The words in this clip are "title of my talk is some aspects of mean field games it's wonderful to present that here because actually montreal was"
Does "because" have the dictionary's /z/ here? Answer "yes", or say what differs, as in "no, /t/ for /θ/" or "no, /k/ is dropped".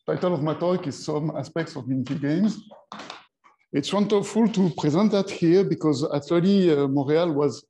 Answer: yes